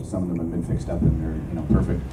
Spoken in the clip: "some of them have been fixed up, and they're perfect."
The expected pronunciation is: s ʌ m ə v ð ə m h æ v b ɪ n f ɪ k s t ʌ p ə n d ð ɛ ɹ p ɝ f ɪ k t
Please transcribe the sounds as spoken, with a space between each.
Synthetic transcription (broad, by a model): s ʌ m ə v ð ə m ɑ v b ɪ n f ɪ k s t ʌ p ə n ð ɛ ɹ p ɝ f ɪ k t